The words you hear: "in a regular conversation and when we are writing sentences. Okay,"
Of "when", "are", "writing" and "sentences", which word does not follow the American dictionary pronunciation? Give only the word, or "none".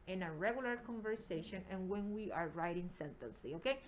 sentences